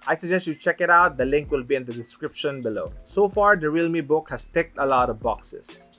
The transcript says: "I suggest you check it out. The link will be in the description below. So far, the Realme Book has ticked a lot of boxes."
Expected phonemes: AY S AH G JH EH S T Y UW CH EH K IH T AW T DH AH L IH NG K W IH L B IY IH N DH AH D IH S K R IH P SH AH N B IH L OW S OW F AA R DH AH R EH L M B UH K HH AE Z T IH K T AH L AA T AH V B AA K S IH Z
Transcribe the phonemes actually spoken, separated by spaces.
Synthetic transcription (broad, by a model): AY S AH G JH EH S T Y UW CH EH K IH T AW T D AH L IH NG K W IH L B IY IH N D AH D IH S K R IH P SH AH N B IH L OW S OW F AA R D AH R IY L M B UH K HH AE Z T IH K T AH L AA T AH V B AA K S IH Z